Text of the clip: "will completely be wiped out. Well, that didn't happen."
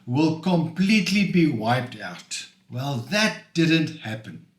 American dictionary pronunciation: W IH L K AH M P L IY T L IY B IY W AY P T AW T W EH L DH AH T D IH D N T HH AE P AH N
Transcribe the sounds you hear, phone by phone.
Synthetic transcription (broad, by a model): W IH L K AH M P L IY T L IY B IY W AY P T AW T W EH L DH AH T D IH D N T HH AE P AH N